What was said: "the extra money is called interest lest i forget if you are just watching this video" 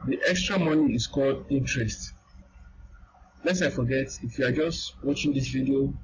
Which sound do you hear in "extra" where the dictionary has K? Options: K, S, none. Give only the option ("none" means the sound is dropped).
K